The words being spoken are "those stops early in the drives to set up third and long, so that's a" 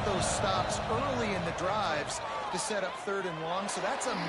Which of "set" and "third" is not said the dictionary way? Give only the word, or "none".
none